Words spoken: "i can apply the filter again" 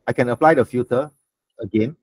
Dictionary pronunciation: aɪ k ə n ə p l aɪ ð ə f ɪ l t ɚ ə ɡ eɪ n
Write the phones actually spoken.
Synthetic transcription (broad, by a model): aɪ k ə n ə p l aɪ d ə f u t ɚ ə ɡ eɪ n